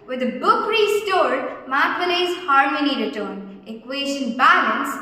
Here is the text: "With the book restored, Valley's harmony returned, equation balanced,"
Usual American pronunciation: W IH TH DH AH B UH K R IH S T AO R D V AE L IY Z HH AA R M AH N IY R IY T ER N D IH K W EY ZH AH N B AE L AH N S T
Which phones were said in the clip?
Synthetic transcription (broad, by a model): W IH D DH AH B UH K R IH S T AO R D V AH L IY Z HH AA R M AH N IY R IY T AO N IH K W EY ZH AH N B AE L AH N S